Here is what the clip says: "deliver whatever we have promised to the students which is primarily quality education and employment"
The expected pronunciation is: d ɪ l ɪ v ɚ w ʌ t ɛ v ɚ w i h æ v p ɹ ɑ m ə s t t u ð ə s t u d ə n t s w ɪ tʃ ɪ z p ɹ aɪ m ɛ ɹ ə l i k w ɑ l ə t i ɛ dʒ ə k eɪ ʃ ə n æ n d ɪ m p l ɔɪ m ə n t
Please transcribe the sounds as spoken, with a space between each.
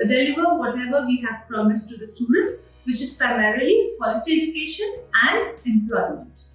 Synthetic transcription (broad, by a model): d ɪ l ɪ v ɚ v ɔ t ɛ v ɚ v i h æ v p ɹ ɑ m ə s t t u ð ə s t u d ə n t s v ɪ tʃ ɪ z p ɹ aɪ m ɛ ɹ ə l i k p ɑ l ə s i ɛ dʒ ə k eɪ ʃ ə n æ n d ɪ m p l ɔɪ m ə n t